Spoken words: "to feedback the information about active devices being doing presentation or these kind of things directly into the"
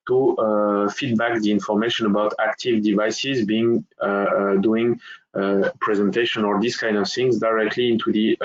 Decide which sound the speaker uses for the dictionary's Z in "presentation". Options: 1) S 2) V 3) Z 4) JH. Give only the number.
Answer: 3